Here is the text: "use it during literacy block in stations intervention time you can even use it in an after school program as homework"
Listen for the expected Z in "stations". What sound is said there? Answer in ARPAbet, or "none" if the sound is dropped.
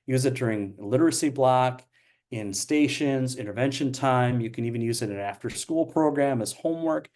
Z